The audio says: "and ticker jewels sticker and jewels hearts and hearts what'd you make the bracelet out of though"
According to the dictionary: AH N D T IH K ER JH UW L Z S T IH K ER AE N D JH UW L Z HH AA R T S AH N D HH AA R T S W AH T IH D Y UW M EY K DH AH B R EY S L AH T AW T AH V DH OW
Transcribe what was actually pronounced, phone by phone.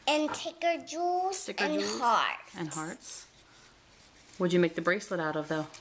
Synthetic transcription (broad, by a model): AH N T IH K ER JH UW L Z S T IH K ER N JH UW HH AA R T AH N HH AA R T S W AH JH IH M EY K DH AH B R EY S L AH T AW T AH V DH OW